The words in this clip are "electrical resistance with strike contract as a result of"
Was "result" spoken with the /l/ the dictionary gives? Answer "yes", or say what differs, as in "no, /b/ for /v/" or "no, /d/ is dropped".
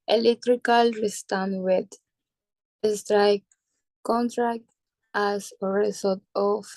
no, /l/ is dropped